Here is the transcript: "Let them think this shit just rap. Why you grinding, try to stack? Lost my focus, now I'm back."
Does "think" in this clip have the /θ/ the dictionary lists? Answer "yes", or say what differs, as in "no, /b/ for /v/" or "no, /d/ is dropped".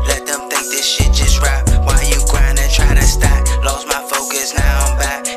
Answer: yes